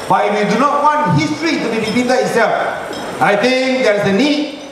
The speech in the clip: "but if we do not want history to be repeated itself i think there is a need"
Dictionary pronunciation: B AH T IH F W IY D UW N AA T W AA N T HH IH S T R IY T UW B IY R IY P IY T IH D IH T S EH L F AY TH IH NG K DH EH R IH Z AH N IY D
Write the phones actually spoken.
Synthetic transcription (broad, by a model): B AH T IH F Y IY D UW N AA T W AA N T HH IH S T R IY T UW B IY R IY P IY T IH IH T S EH L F AY T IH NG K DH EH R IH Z AH N IY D